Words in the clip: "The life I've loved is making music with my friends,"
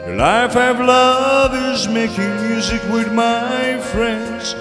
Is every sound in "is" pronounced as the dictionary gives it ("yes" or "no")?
yes